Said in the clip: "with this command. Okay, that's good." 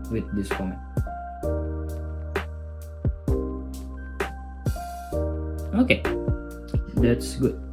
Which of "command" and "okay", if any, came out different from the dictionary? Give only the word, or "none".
command